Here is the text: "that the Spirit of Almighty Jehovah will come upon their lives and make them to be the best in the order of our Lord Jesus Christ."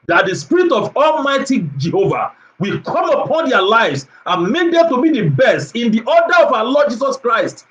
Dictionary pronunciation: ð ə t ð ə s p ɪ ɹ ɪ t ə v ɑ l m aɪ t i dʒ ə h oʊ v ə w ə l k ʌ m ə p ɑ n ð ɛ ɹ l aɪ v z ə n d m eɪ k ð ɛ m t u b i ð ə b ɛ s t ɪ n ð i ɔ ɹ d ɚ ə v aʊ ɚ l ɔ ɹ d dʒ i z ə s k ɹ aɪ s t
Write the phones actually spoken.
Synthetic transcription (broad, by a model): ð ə t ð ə s p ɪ ɹ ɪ t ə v ɑ l m aɪ t i dʒ ə h oʊ v ə w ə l k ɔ m ə p ɑ n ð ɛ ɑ l aɪ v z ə n m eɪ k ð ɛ m t u b i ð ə b ɛ s t ɪ n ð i ɔ d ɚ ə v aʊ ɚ l ɔ d dʒ i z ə s k ɹ aɪ s t